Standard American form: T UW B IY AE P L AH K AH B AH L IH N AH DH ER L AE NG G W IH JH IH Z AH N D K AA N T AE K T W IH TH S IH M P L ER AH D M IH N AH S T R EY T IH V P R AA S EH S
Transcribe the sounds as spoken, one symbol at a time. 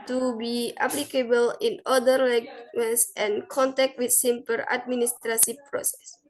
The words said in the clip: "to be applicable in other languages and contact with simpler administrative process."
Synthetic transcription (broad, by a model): T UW B IY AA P L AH K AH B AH L IH N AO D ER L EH G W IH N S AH N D K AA N T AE K T W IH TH S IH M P ER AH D M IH N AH S T R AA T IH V P R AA S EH S